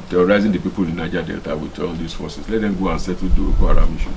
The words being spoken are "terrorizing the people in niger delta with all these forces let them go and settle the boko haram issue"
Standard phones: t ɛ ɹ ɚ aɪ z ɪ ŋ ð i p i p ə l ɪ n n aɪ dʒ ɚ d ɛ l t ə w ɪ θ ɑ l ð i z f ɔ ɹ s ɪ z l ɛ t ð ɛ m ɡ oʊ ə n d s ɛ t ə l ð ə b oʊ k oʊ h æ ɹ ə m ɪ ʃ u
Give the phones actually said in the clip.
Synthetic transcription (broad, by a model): t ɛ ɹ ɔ aɪ z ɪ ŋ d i p i p ə l ɪ n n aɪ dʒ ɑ d ɛ l t ə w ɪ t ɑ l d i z f ɔ s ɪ s l ɛ t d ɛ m ɡ oʊ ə n s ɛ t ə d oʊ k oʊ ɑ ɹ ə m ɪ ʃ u